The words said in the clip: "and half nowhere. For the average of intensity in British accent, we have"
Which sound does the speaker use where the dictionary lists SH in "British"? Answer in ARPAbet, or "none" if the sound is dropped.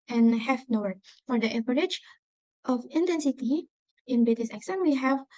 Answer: S